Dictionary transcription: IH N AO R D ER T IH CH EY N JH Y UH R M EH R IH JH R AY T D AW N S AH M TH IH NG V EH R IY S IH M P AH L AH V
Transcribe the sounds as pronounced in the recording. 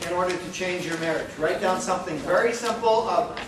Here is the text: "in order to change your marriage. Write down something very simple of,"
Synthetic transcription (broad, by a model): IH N AO R D ER T IH CH EY N JH Y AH R M EH R IH JH R AY T D AW N S AH M TH IH NG V EH R IY S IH M P L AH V